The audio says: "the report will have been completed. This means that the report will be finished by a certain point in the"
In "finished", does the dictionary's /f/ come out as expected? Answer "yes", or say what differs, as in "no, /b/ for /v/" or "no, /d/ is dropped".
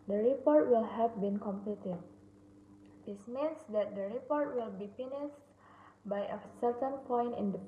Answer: no, /p/ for /f/